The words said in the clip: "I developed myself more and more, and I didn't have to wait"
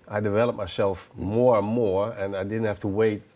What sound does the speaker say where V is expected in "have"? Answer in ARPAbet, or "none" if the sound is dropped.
F